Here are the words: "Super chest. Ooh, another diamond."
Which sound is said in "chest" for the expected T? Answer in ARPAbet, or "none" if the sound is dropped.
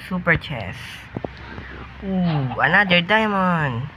none